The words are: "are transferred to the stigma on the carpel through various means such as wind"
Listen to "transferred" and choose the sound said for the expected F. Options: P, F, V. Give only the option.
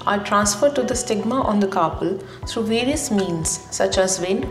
F